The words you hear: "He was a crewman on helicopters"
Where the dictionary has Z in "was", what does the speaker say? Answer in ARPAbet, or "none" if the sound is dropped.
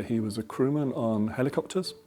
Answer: Z